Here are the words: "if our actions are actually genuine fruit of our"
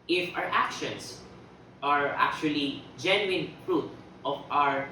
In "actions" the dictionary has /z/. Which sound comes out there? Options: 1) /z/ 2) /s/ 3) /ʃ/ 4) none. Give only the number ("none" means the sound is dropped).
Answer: 2